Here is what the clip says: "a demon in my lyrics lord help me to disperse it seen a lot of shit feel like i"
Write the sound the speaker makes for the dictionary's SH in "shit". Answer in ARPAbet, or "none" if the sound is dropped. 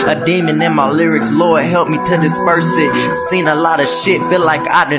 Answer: SH